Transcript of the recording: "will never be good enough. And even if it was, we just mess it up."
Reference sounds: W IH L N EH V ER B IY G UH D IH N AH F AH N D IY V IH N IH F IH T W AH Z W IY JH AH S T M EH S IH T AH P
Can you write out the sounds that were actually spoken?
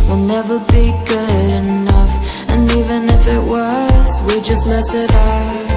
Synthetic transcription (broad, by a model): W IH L N EH V ER B IY G UH D IH N AH F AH N IY V IH N IH F IH T W AH Z W IY JH AH S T M EH S IH T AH